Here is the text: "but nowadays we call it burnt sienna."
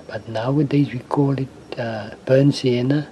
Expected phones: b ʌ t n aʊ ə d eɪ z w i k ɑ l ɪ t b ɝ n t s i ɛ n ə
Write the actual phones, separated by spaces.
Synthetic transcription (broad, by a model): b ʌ t n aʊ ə d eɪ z w i k ɑ l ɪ t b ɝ n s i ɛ n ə